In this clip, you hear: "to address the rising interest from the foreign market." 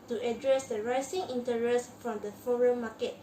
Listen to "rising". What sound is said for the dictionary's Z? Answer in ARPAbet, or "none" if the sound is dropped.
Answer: S